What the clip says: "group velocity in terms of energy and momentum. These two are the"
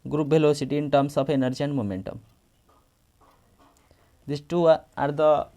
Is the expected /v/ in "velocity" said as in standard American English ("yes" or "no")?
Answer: no